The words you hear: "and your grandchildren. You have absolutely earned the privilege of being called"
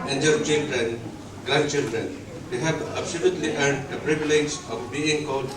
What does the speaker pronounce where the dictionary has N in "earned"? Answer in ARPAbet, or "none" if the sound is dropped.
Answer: none